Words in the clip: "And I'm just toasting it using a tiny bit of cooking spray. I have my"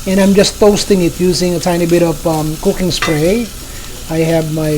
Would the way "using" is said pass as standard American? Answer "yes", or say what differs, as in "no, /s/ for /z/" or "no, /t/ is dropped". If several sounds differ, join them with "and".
yes